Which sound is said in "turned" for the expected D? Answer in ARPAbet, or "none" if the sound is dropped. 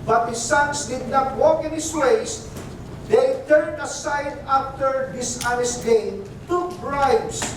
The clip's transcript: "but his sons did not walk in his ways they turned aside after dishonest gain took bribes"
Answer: D